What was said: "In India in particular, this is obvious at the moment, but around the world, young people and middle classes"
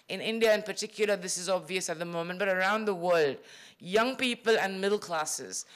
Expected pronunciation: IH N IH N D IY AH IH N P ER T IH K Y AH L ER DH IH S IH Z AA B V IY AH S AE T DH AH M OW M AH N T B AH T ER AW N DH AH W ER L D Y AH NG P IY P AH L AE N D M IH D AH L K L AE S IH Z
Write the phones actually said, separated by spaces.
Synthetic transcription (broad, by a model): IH N IH N D IY AH IH N P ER T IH K Y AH L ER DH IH S IH Z AA B V IY AH S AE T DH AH M OW M AH N T B AH T ER AW N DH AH W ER L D Y AH NG P IY P AH L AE N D M IH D L K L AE S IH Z